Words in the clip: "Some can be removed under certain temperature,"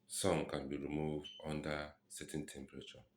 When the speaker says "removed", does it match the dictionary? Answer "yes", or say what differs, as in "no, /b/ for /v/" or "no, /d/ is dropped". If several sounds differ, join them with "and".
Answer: yes